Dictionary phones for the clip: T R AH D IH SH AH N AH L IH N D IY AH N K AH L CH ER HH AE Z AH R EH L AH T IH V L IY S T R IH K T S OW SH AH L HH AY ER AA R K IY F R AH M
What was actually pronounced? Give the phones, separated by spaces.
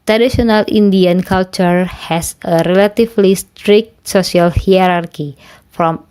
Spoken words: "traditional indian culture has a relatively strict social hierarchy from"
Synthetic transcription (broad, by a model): T R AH D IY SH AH N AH L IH N D IY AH N K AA L CH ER HH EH S AH R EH L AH T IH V L IY S T R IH K T S OW S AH L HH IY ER AA R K IY F R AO M